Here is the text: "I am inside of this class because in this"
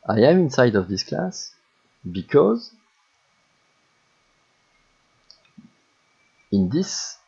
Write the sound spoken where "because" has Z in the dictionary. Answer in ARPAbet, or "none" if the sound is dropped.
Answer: Z